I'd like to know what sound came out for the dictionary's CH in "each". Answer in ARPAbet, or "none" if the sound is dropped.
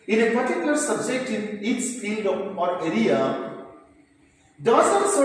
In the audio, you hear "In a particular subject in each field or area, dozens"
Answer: S